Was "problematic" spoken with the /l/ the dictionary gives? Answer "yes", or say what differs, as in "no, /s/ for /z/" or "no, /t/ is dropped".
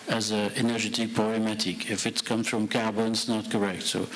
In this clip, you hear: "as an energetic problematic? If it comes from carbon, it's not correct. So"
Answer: no, /l/ is dropped